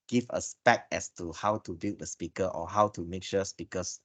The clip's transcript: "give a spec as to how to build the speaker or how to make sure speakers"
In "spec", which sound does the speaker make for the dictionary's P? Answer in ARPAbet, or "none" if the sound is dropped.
B